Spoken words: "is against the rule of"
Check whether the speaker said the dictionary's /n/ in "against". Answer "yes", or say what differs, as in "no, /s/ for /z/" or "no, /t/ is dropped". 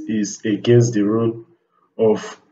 yes